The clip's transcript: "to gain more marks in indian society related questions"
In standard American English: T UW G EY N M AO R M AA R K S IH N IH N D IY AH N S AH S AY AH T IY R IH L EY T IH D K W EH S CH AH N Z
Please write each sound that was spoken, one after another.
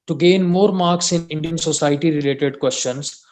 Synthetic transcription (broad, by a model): T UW G EY N M AO R M AA R K S IH N IH N D IY AH N S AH S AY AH T IY R IH L EY T IH D K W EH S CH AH N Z